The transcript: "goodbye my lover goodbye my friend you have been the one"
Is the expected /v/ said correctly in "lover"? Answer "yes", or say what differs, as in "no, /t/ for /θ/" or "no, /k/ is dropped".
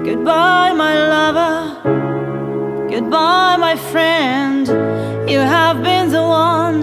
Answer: yes